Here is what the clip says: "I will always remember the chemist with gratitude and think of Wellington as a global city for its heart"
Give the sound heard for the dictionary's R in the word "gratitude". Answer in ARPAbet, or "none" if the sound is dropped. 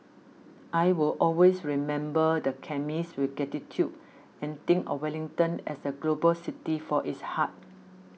none